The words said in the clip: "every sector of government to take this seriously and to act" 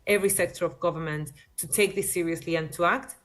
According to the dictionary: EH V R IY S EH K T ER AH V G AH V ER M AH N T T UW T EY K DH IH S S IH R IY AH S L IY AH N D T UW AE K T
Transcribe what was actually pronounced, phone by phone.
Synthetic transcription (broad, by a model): EH V R IY S EH K T ER AH V G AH V ER M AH N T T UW T EY K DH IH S S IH R IY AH S L IY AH N T UW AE K T